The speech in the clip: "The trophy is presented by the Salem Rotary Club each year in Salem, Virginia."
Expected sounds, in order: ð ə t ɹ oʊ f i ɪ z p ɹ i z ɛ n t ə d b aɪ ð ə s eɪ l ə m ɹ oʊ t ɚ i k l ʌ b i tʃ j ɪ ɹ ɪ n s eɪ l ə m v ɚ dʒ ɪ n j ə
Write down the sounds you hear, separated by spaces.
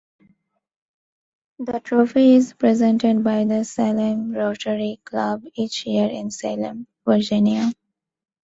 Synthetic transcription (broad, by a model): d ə t ɹ oʊ f i ɪ z p ɹ i z ɛ n t ə d b aɪ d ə s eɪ l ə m ɹ oʊ t ɚ i k l ʌ b i tʃ j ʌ ɹ ɪ n s eɪ l ə m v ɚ dʒ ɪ n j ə